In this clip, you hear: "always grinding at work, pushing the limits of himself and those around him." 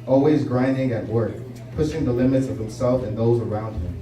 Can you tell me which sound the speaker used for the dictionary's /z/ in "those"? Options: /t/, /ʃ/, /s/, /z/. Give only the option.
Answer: /z/